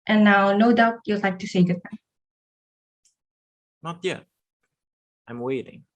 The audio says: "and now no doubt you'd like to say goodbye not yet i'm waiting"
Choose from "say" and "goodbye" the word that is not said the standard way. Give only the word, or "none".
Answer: goodbye